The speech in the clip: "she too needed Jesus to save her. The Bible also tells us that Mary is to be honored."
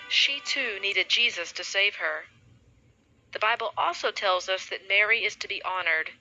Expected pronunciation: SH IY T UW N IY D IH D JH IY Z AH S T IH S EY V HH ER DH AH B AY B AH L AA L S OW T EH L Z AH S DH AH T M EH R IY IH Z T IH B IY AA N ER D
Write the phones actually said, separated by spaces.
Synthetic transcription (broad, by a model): SH IY T UW N IY D IH D JH IY Z AH S T IH S EY V ER DH AH B AY B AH L AA L S OW T EH L Z AH S DH AH T M EH R IY IH Z T IH B IY AA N ER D